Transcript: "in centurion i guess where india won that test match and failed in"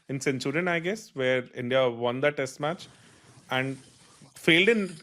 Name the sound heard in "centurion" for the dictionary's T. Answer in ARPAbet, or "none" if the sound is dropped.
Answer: S